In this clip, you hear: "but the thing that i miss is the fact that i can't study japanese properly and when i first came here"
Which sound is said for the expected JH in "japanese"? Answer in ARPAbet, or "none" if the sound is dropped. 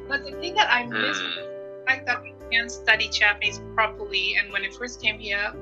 CH